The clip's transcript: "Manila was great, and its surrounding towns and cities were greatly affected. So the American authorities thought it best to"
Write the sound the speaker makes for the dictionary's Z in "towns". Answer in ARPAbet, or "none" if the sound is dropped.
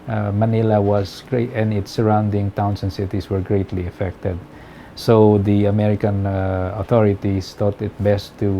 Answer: S